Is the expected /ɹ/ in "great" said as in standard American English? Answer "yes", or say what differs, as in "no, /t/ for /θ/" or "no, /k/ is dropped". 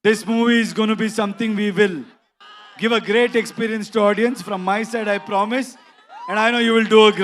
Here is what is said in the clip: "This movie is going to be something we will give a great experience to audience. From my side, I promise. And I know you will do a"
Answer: yes